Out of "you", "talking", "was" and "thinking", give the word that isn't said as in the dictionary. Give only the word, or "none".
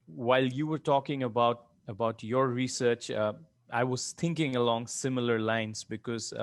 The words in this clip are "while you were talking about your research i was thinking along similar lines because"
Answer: thinking